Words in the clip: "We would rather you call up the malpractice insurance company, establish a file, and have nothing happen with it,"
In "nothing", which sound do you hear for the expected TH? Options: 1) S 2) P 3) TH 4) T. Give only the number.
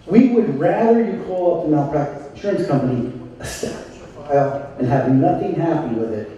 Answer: 3